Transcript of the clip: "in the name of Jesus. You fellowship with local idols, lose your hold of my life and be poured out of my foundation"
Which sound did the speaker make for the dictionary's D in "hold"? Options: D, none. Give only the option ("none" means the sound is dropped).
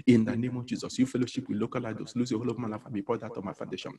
none